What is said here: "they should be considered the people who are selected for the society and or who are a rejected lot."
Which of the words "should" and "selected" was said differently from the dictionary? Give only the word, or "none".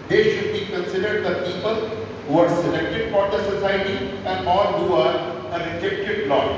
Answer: none